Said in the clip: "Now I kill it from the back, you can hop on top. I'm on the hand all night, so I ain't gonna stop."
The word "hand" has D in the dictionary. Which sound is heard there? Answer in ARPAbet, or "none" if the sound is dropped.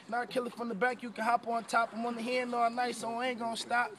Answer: none